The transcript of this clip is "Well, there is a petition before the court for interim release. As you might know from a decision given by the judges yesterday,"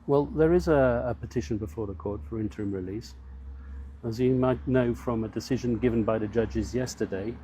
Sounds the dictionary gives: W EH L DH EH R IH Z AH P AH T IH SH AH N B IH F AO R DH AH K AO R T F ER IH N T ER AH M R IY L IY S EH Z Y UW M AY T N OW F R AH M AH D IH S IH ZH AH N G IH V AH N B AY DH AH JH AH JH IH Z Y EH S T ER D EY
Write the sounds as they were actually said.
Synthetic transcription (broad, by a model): W EH L DH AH R IH Z AH P AH T IH SH AH N B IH F AO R DH AH K AO R T F ER IH N T ER AH M R IY L IY S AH Z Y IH M AY T N OW F R AH M AH D IH S IH ZH AH N G IH V AH N B AY DH AH JH AH JH IH Z Y EH S T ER D EY